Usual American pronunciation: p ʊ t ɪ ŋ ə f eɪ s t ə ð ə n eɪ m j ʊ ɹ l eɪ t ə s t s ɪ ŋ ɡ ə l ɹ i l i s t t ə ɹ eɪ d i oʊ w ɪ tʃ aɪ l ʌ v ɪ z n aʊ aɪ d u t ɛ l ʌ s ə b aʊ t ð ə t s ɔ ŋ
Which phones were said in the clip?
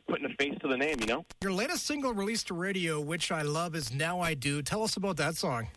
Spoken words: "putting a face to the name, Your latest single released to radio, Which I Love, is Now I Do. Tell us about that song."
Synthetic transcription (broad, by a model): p ʊ t ɪ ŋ ə f eɪ s t ə ð ə n eɪ m j ʊ ɹ l eɪ t ə s t s ɪ ŋ ɡ l ɹ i l i s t t ə ɹ eɪ d i oʊ w ɪ tʃ aɪ l ʌ v ɪ z n aʊ aɪ d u t ɛ l ʌ s ə b aʊ t ð ə t s ɔ ŋ